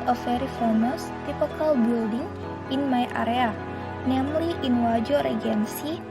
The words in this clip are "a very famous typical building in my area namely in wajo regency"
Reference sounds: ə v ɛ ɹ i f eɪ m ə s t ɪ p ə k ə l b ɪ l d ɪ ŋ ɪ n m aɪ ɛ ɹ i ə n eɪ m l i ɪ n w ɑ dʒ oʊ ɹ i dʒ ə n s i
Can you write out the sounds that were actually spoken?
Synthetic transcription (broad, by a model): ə f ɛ ɹ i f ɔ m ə s t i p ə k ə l b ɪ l d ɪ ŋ ɪ n m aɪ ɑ ɹ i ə n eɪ m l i ɪ n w ɑ dʒ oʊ ɹ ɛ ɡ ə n s i